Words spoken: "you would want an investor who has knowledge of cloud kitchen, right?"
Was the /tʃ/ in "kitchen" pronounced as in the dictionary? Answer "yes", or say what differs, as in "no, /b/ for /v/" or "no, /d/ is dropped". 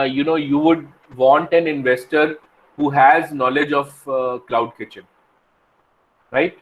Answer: yes